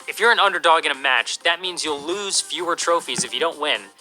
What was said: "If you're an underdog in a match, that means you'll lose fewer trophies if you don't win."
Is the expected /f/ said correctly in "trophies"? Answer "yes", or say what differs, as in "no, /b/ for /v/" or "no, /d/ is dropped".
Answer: yes